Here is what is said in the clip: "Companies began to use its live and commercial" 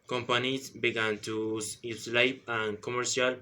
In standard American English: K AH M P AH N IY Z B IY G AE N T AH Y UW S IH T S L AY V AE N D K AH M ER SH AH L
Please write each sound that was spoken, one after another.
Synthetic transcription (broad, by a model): K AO M P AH N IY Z B IY G AE N T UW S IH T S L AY P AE N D K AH M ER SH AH L